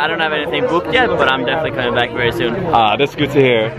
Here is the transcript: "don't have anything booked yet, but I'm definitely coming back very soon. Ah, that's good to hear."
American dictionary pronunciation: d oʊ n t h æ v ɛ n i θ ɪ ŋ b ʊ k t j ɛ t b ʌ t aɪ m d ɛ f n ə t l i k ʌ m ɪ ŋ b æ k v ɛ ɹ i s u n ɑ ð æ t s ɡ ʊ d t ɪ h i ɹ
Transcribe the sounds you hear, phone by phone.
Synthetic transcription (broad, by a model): d oʊ n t h æ v ɛ n i θ ɪ ŋ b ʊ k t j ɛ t b ʌ t aɪ m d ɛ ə s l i k ʌ m ɪ ŋ b æ k v ɛ ɹ i s u n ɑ ð æ t s ɡ ʊ d t ɪ h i ɹ